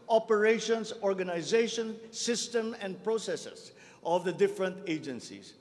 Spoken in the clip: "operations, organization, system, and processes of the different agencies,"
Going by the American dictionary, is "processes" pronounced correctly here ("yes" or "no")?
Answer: no